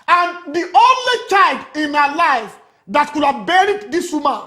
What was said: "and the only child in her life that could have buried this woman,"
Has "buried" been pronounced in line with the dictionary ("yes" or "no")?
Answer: yes